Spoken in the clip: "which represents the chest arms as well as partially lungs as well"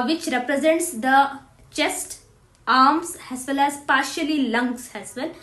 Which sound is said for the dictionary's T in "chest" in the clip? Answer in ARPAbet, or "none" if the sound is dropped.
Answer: T